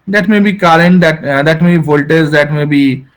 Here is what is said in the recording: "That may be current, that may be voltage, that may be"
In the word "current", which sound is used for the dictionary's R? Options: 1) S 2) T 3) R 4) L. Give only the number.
4